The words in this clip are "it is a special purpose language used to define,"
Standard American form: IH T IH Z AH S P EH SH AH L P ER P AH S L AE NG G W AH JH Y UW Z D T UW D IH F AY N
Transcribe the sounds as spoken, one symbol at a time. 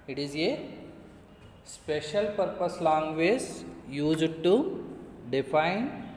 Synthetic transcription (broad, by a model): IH T IH Z AH S P EH SH AH L P ER P AH S L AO NG G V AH Z Y UW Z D T UW D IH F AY N